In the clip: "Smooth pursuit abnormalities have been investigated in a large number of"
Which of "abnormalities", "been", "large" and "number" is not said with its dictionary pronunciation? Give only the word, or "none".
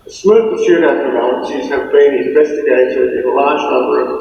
abnormalities